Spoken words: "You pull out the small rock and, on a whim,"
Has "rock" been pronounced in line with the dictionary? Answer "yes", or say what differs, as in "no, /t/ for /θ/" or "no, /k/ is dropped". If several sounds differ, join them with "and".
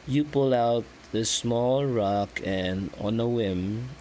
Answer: yes